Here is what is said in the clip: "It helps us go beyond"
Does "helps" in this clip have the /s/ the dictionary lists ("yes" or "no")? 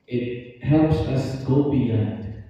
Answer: yes